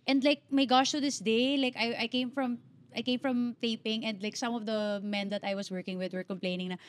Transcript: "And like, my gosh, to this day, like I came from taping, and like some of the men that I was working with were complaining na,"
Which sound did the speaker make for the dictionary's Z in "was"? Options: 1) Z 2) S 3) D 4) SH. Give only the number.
2